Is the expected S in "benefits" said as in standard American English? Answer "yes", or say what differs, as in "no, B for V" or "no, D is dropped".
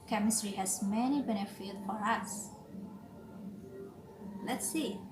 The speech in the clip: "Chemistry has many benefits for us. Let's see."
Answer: no, S is dropped